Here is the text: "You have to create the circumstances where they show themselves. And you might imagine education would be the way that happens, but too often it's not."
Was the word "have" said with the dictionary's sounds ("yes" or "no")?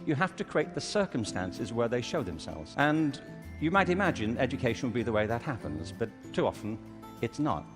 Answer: no